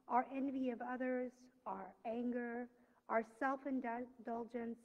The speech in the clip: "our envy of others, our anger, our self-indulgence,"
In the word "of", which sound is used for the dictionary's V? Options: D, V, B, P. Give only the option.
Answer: V